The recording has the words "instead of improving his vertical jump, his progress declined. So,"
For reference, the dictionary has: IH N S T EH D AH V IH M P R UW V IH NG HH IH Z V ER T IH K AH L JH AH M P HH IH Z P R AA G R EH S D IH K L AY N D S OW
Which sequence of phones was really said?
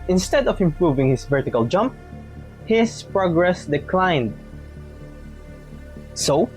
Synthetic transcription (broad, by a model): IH N S T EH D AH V IH M P R UW V IH NG HH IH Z V ER T IH K AH L JH AH M P HH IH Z P R AA G R EH S D IH K L AY N D S OW